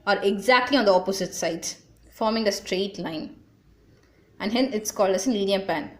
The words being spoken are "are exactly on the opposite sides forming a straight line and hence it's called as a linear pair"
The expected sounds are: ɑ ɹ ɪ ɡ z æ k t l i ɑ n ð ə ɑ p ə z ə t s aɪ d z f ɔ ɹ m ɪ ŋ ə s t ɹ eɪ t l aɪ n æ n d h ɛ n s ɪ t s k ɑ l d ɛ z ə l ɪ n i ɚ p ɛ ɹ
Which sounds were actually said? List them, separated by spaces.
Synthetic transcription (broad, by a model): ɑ ɹ ɪ ɡ z æ k t l i ɑ n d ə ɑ p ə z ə t s aɪ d f ɔ ɹ m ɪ ŋ ə s t ɹ eɪ t l aɪ n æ n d h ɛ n ɪ t s k ɑ l d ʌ s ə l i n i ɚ p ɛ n